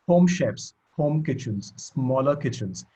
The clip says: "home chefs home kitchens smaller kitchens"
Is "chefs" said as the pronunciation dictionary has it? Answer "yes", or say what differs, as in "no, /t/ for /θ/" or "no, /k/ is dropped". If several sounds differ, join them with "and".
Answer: no, /p/ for /f/